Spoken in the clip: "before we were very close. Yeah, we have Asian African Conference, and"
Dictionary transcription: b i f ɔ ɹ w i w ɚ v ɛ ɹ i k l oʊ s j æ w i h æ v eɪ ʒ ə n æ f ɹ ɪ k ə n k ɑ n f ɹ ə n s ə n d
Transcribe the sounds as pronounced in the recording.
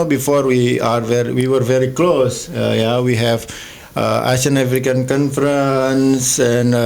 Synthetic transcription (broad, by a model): b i f ɔ ɹ w i w ɚ v ɛ ɹ i k l oʊ s j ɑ w i h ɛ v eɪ ʃ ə n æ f ɹ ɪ k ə n k ɑ n f ɹ ə n s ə n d